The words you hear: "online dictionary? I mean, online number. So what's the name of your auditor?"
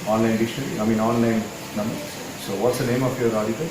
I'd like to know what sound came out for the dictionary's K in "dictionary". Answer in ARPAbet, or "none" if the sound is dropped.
none